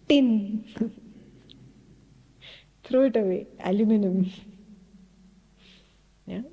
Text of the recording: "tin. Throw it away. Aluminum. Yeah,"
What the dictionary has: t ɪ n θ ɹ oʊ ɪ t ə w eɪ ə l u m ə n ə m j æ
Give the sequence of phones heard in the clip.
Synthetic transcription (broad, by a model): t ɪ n t ɹ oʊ ɪ t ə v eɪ ə l u m ə n ə m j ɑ